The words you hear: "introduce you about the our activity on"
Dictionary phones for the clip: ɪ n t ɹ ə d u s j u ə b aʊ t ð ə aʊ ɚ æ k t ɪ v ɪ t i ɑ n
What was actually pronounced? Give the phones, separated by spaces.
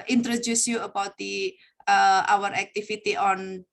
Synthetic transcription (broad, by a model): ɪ n t ɹ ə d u s j u ə b aʊ t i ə aʊ ɚ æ k t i f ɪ t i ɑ n